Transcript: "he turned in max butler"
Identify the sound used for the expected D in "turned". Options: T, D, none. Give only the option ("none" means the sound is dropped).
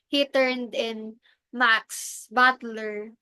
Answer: D